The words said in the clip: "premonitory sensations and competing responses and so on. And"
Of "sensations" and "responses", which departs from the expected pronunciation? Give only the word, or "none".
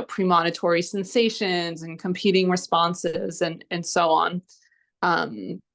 none